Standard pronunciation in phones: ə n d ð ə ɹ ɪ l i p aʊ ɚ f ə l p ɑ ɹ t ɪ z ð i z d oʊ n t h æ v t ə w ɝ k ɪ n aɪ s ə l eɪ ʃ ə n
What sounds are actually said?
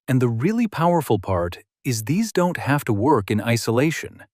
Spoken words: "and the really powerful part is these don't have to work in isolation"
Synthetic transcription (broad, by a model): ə n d ð ə ɹ ɪ l i p aʊ ɚ f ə l p ɑ ɹ t ɪ z ð i z d oʊ n t h æ f t ə w ɝ k ɪ n aɪ s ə l eɪ ʃ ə n